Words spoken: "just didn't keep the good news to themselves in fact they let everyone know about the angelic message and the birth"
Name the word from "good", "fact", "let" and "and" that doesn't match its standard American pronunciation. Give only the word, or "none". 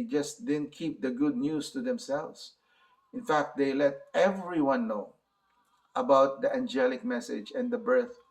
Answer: none